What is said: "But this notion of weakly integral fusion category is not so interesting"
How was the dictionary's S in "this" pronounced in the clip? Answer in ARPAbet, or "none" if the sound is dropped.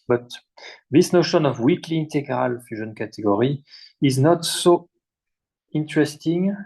S